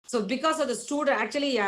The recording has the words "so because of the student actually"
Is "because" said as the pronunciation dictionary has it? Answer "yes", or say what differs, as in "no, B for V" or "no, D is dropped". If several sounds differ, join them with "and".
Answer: no, S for Z